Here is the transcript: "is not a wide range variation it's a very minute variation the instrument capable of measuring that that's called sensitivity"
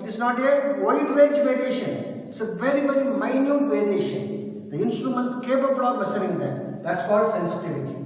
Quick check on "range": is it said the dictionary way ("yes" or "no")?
no